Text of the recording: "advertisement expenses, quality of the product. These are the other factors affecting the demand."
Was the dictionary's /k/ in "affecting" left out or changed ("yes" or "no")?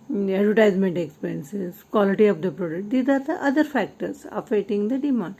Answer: yes